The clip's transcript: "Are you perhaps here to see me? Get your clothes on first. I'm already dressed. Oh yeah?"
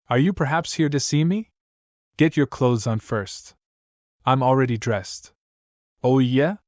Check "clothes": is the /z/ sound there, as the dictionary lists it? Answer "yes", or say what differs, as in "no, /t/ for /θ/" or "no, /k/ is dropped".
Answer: yes